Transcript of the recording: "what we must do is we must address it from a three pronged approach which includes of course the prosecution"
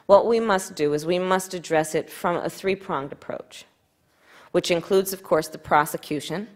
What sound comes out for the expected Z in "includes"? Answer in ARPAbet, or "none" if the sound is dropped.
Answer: Z